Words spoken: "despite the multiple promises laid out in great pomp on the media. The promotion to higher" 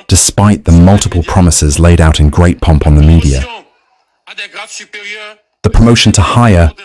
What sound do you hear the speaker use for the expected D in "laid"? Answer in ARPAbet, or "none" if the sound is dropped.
D